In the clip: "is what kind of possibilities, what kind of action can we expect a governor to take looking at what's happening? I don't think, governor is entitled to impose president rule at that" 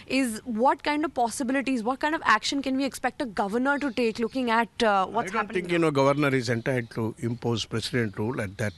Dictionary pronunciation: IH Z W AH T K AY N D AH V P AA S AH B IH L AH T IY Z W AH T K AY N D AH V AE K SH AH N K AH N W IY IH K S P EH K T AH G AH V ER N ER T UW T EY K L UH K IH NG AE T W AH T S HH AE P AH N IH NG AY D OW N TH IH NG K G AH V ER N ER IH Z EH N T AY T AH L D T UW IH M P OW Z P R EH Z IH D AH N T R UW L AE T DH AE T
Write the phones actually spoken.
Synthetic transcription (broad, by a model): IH Z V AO T K AY N D AH V P AA S AH B IH L AH T IY Z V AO T K AY N D AH V AE K SH AH N K AH N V IY IH K S P EH K T AH G AH V ER N ER T UW T EY K L UH K IH NG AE T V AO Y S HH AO AH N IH NG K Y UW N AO G AH V ER N ER IH Z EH N T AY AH D T UW IH M P OW Z P R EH S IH D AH N T R UW L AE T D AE T